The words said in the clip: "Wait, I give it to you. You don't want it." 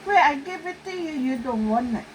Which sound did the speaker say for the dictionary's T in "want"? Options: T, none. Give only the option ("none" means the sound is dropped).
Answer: none